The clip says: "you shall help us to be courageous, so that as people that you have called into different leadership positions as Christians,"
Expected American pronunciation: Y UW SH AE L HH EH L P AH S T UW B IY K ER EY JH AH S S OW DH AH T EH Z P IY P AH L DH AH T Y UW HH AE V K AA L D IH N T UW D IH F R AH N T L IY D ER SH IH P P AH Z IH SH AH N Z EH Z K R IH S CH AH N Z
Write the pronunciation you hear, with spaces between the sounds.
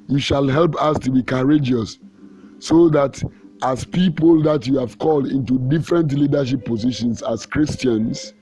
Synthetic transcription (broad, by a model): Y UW SH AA L HH EH L P AH S T UW B IY K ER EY JH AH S S OW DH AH T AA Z P IY P AH L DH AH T Y UW HH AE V K AA L D IH N T UW D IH F R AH N T L IY D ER SH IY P P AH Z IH SH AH N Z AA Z K R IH S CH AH N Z